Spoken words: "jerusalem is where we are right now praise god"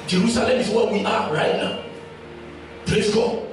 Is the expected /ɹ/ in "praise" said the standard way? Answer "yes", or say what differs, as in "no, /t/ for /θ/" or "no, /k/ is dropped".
no, /l/ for /ɹ/